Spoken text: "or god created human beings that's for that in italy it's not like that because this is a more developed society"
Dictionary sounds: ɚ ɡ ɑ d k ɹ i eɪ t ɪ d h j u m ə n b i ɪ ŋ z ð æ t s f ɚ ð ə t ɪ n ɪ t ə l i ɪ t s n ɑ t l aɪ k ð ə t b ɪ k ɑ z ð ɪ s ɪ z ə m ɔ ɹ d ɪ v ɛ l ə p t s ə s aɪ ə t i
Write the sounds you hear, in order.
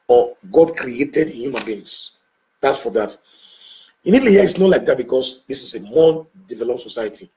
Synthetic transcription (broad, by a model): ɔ ɡ ɑ d k ɹ i eɪ t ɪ d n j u m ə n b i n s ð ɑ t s f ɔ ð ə t ɪ n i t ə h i ɪ t s n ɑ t l aɪ k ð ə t b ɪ k ɑ s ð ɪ s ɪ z ə m ɔ d ɪ v ɛ l ə p t s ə s aɪ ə t i